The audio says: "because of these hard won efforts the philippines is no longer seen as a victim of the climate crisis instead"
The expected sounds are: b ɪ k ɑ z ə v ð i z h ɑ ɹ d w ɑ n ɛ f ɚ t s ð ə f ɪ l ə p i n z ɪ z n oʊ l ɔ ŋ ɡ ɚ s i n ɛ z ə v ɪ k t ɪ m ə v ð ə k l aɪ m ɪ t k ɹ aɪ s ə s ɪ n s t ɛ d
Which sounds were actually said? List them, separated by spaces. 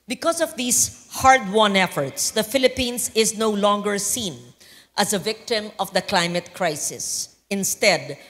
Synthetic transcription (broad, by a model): b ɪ k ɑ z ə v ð i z h ɑ ɹ d w ɑ n ɛ f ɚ t s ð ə f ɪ l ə p i n s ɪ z n oʊ l ɔ ŋ ɡ ɚ s i n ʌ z ə v ɪ k t ɪ m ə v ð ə k l aɪ m ɪ t k ɹ aɪ s ə s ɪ n s t ɛ d